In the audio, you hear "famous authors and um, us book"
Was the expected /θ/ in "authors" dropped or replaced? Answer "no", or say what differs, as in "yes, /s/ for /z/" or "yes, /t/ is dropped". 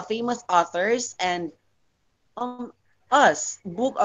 no